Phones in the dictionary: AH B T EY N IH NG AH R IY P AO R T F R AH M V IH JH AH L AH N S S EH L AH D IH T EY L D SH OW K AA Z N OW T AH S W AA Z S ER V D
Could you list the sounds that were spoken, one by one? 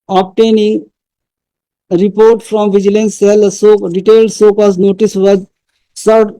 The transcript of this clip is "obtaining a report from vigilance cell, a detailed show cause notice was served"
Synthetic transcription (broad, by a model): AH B T EY N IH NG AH R IY P AO R T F R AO M V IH JH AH L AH N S S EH L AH D IH T EY L D S OW K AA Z N OW T AH S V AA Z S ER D